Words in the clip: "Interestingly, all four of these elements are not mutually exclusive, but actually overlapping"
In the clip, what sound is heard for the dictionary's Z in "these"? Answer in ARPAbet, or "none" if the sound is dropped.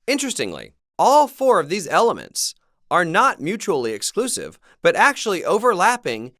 Z